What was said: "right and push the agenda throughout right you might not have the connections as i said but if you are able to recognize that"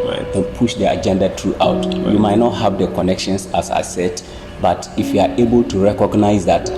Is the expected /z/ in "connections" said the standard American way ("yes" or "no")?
no